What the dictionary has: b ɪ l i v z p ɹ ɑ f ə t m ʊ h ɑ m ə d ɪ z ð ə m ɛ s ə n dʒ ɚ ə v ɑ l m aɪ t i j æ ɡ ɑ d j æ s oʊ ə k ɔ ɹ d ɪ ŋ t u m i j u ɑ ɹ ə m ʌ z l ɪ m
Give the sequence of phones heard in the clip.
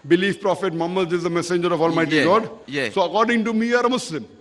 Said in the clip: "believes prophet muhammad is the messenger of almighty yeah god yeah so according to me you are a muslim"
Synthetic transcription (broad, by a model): b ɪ l i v p ɹ ɑ f ə t m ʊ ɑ m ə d ɪ z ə m ɛ s ə n dʒ ɚ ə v ɑ l m aɪ t i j ɡ ɑ d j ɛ s oʊ ə k ɔ ɹ d ɪ ŋ t u m i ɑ ɹ ə m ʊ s l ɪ m